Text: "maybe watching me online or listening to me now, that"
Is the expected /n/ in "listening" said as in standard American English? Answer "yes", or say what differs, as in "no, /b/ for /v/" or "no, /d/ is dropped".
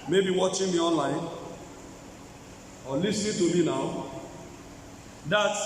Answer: no, /n/ is dropped